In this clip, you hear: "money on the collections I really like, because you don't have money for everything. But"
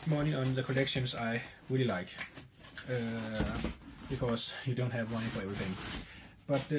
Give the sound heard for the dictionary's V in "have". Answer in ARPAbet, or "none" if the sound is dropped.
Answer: V